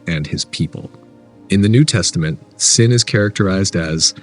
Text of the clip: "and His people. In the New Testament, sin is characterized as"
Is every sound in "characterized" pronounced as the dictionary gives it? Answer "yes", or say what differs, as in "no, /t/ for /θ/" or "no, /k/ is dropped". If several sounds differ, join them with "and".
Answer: yes